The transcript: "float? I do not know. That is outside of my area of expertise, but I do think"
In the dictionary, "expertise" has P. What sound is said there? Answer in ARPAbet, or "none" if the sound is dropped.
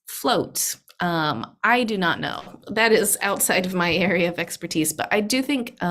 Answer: P